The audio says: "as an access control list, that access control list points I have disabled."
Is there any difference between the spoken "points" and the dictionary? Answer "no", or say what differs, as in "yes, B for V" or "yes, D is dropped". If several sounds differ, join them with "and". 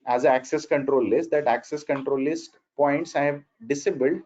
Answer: no